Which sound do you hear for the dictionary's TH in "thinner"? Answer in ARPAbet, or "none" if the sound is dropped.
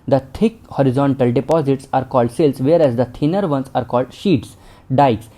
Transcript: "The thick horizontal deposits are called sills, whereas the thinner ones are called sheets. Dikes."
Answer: T